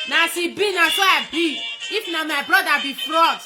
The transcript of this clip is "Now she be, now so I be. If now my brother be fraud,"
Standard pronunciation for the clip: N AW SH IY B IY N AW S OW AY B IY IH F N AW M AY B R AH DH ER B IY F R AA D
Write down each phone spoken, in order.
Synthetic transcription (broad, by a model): N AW S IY B IY N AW S OW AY B IY IH F N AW M AY B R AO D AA B IY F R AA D